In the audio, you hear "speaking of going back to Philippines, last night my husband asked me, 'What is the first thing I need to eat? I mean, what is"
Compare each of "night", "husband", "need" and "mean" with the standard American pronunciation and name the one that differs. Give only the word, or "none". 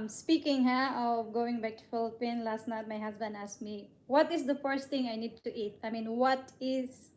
husband